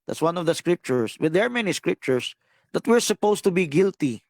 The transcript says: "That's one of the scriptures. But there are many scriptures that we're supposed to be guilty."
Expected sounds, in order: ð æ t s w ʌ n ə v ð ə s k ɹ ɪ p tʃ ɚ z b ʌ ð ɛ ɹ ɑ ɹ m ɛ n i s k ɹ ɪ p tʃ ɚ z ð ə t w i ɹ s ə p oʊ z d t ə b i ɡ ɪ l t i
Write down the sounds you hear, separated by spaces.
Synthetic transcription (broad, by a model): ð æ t s w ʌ n ə v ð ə s k ɹ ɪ p tʃ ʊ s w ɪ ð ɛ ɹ ɑ ɹ m ɛ n i s k ɹ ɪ p tʃ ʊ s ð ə t w i ɹ s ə p oʊ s t ə b i ɡ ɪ l t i